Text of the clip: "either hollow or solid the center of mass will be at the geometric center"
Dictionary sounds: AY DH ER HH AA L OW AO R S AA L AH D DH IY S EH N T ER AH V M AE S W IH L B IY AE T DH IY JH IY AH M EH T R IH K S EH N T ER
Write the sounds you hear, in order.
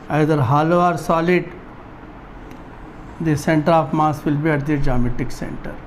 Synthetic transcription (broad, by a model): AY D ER HH AA L OW AO R S AA L AH D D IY S EH N T ER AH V M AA S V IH L B IY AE T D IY JH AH M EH T IH K S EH N T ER